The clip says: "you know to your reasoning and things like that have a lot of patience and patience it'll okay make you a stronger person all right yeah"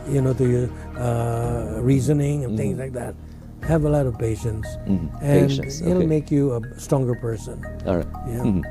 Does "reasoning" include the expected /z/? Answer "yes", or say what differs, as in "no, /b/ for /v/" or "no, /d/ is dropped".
yes